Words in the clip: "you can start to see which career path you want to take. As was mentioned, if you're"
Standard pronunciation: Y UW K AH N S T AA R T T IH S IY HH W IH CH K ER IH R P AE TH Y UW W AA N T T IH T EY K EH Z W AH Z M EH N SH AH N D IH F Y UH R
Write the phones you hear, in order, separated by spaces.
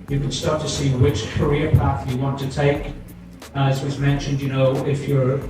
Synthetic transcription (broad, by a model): Y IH K AH N S T AA R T T IH S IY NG W IH CH K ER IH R P AE TH Y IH W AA N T T IH T EY K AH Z W AH Z M EH N SH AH N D IH F Y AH R